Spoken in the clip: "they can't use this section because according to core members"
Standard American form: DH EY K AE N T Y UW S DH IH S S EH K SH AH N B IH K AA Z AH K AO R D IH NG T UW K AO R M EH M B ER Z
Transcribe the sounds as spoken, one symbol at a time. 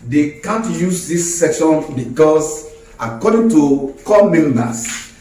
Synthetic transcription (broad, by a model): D EY K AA N T Y UW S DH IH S S EH K SH AH N B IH K AA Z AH K AO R D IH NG T UW K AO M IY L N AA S